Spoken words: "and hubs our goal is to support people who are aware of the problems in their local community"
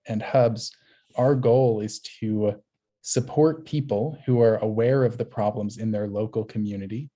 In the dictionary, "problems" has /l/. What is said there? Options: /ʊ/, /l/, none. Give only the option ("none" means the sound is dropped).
/l/